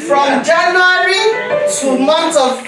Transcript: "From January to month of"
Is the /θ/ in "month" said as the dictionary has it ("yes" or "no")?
no